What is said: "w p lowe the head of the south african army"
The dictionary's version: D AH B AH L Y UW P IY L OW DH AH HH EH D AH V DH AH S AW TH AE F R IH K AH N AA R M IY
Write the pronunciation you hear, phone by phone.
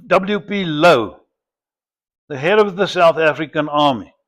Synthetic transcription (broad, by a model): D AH B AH L Y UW P IY L OW DH AH HH EH D AH V DH AH S AW TH AE F R IH K AH N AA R M IY